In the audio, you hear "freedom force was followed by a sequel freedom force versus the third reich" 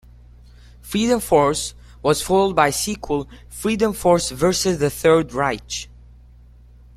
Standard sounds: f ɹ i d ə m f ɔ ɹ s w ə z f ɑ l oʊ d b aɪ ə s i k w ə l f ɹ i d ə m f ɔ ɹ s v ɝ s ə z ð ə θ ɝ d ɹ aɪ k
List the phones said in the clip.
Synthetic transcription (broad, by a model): f ɹ i d ə m f ɔ ɹ s w ə z f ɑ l d b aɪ ə s i k w ə l f ɹ i d ə m f ɔ ɹ s v ɝ s ə z ð ə θ ɝ d ɹ aɪ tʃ